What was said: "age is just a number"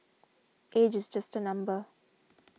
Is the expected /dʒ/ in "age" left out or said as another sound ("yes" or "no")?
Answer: no